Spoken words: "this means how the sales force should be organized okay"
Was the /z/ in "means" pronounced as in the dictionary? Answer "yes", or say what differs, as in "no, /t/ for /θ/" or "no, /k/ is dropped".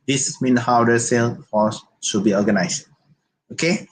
no, /z/ is dropped